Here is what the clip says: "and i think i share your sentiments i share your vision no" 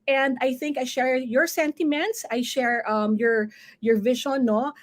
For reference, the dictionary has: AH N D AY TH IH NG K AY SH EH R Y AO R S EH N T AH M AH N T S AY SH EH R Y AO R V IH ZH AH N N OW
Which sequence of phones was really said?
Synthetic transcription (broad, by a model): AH N D AY TH IH NG K AY SH EH R Y AO R S EH N T AH M AH N T S AY SH EH R Y AO R V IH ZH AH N N OW